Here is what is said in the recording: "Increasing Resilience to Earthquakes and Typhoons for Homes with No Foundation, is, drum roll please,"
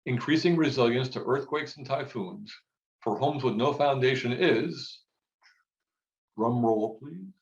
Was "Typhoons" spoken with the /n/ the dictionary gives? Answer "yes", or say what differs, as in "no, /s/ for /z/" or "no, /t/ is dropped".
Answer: yes